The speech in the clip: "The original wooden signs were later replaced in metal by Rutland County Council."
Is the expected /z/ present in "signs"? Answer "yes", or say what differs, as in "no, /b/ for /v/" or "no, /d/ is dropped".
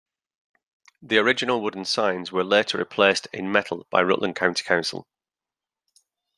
yes